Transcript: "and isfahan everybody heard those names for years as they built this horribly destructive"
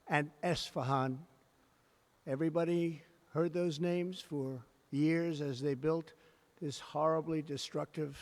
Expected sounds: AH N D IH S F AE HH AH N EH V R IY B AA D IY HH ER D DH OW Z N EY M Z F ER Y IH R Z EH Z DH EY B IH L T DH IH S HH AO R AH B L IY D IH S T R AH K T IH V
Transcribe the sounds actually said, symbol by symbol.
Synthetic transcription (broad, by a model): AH N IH S F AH HH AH N EH V R IY B AA D IY HH ER D DH OW Z N EY M Z F ER Y IH R Z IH Z DH EY B IH L T DH IH S HH AO R AH B L IY D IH S T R AH K T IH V